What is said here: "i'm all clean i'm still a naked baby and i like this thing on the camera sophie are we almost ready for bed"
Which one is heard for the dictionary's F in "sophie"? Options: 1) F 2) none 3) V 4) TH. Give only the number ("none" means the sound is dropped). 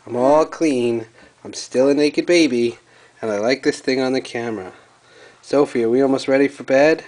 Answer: 1